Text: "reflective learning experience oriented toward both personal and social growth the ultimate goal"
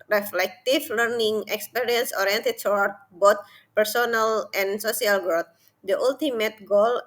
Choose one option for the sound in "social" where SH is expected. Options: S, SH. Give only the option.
S